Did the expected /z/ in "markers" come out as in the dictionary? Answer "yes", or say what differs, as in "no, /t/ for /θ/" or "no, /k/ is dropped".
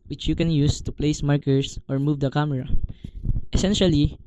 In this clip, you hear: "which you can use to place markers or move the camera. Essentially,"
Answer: no, /s/ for /z/